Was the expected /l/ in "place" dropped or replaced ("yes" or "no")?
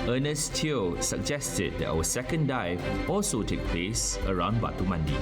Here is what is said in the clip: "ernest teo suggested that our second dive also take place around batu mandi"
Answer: no